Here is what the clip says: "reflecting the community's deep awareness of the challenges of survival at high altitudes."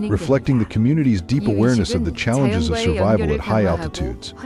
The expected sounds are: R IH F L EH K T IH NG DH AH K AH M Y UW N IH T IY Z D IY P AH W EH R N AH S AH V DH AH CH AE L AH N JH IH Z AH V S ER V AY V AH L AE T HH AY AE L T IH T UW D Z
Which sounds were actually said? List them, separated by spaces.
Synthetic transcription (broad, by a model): R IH F L EH K T IH NG DH AH K AH M Y UW N IH T IY Z D IY P AH W EH R N AH S AH V DH AH CH AE L AH N JH IH Z AH V S ER V AY V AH L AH T HH AY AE L T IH T UW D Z